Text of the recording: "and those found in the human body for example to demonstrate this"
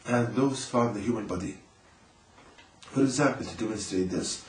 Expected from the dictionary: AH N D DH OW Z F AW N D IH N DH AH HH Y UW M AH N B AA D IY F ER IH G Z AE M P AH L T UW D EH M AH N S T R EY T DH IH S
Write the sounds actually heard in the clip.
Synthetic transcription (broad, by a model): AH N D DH OW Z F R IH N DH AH HH Y UW M AH N B AA D IY F ER IH G Z AE M P AH L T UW D EH M AH N S T R EY T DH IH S